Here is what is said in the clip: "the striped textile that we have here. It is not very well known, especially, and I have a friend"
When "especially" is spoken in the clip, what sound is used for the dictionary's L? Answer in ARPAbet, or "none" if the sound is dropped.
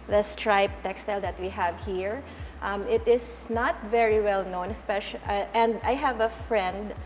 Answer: none